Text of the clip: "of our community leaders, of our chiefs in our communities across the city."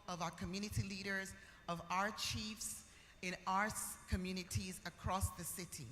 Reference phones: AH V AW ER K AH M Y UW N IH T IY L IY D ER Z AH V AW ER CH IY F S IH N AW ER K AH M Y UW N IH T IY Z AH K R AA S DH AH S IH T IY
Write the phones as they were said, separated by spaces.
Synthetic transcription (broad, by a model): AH V AW ER K AH M Y UW N IH T IY L IY D ER Z AH V AW ER CH IY F S IH N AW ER K AH M Y UW N IH T IY Z AH K R AA S DH AH S IH T IY